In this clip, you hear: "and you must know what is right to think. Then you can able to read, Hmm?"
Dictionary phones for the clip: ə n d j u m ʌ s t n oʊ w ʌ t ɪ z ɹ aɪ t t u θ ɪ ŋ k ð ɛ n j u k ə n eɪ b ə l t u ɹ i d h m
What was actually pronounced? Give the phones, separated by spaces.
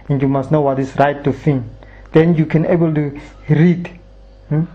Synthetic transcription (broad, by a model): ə n j u m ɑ s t n oʊ w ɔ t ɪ s ɹ aɪ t t u f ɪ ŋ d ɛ n j u k ə n eɪ b ə l t u ɹ i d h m